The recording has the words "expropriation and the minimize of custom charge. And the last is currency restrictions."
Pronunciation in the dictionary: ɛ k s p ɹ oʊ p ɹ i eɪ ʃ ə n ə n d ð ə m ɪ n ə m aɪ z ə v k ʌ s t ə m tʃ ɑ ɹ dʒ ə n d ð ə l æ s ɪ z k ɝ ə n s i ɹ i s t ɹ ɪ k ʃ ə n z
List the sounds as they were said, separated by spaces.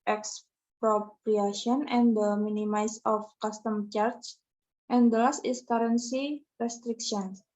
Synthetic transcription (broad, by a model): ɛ k s p ɹ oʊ p ɹ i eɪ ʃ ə n ə n d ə m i n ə m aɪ s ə f k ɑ s t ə m tʃ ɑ ɹ tʃ ə n d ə l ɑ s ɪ s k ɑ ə n s i ɹ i s t ɹ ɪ k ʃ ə n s